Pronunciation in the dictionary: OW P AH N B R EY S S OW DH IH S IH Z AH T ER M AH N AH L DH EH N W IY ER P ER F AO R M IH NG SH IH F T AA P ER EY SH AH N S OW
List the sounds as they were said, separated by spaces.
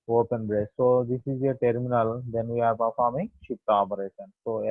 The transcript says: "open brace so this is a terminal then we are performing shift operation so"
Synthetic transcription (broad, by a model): OW P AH N B R EY S S OW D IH S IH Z AH T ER M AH N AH L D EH N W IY ER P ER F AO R M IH NG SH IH P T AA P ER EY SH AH N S OW